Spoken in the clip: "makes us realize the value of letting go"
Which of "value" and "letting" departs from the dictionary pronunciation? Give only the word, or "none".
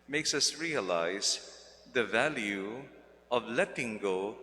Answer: none